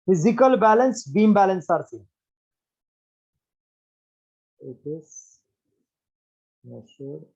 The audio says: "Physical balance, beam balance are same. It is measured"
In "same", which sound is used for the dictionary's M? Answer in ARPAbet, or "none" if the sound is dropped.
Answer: none